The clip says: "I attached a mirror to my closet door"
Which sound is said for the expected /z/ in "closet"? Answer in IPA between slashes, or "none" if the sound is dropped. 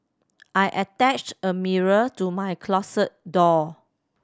/s/